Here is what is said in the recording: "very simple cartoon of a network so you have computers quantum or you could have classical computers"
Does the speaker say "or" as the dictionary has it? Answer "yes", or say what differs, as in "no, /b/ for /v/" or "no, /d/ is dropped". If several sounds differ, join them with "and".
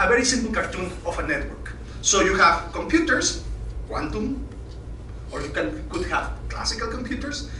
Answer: yes